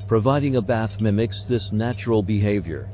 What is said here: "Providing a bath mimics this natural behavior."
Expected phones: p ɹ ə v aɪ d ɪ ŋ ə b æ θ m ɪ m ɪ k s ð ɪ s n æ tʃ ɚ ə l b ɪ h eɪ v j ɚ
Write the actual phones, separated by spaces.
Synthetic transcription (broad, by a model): p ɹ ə v aɪ d ɪ ŋ ə b æ θ m ɪ m ɪ k s ð ɪ s n æ tʃ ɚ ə l b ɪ h eɪ v j ɚ